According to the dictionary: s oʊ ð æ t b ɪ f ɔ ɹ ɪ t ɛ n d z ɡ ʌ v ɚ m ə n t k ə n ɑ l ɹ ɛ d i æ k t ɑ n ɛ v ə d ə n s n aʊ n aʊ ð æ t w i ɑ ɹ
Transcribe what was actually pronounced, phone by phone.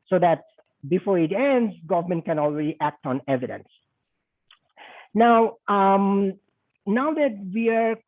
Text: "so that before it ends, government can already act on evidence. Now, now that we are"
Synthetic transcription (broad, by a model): s oʊ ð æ t b ɪ f ɔ ɹ ɪ t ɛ n d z ɡ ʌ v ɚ m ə n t k ə n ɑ l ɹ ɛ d i æ k t ɑ n ɛ v ə d ə n s n aʊ n aʊ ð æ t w i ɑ ɹ